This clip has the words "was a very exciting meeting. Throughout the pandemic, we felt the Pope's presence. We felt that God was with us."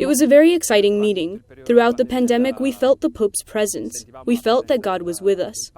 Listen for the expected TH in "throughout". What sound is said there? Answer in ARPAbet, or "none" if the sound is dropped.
TH